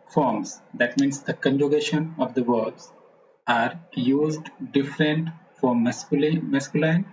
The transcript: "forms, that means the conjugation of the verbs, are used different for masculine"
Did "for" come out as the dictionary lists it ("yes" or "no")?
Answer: no